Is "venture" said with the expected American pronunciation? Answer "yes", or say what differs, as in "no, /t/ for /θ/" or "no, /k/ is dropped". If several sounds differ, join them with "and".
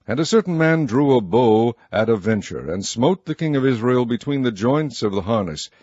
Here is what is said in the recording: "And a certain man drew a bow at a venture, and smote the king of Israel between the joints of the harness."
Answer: yes